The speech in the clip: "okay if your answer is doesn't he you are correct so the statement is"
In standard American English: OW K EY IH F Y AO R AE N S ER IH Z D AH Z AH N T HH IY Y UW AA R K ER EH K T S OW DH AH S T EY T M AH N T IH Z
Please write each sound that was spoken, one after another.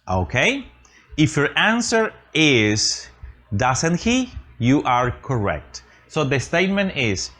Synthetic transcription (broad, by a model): OW K EY IH F Y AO R AE N S ER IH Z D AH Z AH N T HH IY Y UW AA R K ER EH K T S OW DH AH S T EY T M AH N T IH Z